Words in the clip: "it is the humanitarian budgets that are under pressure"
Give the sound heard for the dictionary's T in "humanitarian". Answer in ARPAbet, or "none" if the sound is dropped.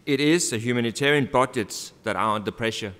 T